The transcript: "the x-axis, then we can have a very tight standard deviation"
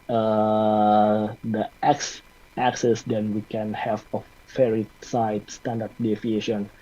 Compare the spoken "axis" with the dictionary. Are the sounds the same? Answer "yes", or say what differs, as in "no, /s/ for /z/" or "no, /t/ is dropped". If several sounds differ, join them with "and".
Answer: yes